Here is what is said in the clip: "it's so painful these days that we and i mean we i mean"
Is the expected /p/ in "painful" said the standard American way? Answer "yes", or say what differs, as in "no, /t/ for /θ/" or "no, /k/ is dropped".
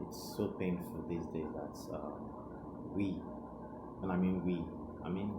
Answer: yes